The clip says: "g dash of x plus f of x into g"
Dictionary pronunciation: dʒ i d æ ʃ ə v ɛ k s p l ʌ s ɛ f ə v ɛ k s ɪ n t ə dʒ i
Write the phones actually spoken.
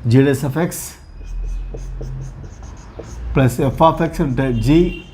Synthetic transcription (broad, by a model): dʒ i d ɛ s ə f ɛ k s p l ʌ s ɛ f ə f ɛ k s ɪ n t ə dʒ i